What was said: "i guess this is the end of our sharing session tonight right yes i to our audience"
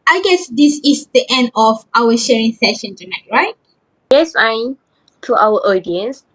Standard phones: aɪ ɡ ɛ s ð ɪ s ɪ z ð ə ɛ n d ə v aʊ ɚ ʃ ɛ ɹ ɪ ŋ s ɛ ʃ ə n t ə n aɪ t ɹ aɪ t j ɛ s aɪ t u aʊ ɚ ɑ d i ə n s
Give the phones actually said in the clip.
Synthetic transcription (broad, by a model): aɪ ɡ ɛ s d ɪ s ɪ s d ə ɛ n d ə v aʊ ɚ ʃ ɛ ɹ ɪ ŋ s ɛ ʃ ə n t ə n aɪ t ɹ aɪ t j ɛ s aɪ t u aʊ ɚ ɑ d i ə n s